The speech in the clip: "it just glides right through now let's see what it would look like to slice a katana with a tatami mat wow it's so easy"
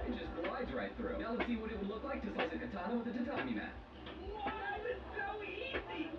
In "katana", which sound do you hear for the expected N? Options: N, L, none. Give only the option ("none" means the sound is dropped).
none